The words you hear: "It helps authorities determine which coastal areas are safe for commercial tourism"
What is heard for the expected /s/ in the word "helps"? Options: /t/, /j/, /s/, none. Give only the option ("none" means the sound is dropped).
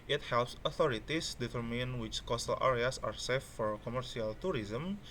/s/